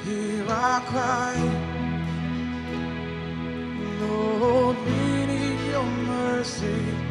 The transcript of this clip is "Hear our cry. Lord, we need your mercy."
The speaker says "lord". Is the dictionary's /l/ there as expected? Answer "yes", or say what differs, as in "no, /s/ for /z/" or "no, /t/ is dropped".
no, /n/ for /l/